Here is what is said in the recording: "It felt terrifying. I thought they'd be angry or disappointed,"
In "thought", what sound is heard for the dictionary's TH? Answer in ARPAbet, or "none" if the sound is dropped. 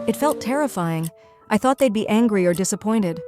TH